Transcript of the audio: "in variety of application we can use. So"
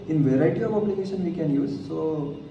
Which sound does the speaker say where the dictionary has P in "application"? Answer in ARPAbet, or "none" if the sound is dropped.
B